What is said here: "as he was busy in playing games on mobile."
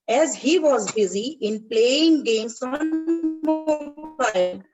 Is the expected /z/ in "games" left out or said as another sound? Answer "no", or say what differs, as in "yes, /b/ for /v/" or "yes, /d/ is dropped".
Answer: yes, /s/ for /z/